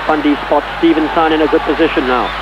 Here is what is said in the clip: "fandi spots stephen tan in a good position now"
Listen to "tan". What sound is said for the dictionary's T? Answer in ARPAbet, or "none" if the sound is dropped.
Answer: S